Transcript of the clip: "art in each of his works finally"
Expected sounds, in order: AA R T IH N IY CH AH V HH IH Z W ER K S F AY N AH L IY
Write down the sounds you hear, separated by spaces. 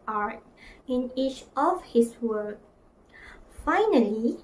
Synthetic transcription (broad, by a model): AA R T IH N IY CH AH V HH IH S W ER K F AY N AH L IY